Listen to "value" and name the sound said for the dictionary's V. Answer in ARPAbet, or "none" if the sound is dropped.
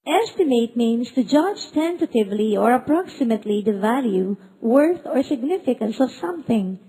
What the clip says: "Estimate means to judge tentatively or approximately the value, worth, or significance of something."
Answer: V